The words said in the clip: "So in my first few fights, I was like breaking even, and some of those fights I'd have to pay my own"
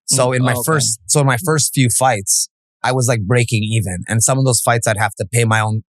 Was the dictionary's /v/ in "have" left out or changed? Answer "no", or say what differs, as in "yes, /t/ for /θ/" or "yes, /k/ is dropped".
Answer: yes, /f/ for /v/